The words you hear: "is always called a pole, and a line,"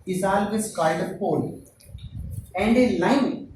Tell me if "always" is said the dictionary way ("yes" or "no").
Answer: no